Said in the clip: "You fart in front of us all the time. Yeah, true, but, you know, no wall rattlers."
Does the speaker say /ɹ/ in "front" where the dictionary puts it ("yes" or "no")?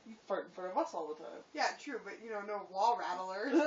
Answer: no